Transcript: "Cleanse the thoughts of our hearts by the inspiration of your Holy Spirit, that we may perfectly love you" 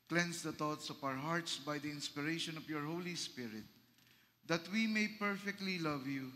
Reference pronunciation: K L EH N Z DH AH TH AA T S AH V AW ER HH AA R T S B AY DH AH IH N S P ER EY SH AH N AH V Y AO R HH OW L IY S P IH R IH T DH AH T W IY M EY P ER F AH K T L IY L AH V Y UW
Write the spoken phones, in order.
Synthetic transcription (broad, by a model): K L EH N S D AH T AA T S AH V AW ER HH AA R T S B AY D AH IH N S P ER EY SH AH N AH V Y AO R HH OW L IY S P IH R IH T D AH T W IY M EY P ER F AH K T L IY L AH V Y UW